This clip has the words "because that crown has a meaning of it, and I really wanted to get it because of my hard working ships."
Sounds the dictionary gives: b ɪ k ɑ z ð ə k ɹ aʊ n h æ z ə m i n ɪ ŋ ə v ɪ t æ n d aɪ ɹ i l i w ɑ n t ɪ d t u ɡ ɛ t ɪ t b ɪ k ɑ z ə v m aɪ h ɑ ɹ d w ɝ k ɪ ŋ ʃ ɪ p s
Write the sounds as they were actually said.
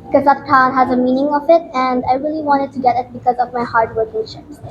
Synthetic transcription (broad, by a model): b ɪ k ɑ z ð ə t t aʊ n h æ z ə m i n ɪ ŋ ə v ɪ t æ n d aɪ ɹ i l i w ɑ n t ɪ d t u ɡ ɛ t ɪ t b ɪ k ɑ z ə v m aɪ h ɑ ɹ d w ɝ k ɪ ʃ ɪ